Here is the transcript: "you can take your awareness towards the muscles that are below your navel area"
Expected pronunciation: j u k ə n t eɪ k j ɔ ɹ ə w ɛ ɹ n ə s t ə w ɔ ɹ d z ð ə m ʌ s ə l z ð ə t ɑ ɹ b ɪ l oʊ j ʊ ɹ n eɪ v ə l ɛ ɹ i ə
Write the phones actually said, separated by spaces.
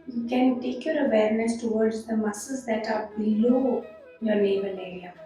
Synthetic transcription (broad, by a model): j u k ə n t eɪ k j ɔ ɹ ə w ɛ ɹ n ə s t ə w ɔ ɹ d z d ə m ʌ s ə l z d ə t ɑ ɹ b ɪ l oʊ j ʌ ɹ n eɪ b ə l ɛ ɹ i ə